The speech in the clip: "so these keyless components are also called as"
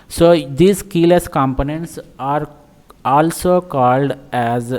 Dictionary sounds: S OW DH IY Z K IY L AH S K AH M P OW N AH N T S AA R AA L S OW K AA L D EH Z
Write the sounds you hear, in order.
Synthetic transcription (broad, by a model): S OW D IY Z K IY L AH S K AH M P OW N AH N T S AA R AA L S OW K AA L D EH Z